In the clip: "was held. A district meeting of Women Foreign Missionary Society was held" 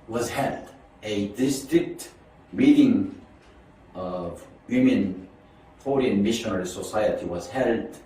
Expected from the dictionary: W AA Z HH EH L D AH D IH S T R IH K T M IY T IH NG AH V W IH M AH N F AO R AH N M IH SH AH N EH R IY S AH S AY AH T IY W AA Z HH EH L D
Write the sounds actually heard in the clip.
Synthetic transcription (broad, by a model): W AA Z HH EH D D AH D IH S T R IH K T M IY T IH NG AH V W IH M AH N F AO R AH N M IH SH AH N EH R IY S AH S AY AH T IY W AA Z HH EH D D